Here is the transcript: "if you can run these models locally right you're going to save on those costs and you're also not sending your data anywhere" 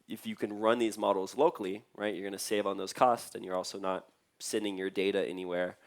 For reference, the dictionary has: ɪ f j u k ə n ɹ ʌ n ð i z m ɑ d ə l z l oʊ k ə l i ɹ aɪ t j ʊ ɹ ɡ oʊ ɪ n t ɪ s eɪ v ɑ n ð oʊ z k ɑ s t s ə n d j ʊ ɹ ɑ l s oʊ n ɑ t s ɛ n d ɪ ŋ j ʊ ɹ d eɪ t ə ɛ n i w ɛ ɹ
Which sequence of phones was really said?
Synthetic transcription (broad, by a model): ɪ f j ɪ k ə n ɹ ʌ n ð i z m ɑ d l z l oʊ k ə l i ɹ aɪ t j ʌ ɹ ɡ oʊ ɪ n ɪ s eɪ v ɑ n ð oʊ z k ɑ s t s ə n j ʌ ɹ ɑ l s oʊ n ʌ t s ɛ n d ɪ ŋ j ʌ ɹ d eɪ t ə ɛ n i w ɛ ɹ